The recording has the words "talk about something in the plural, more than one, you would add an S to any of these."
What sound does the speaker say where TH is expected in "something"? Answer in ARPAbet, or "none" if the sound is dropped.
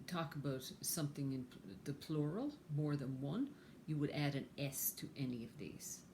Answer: TH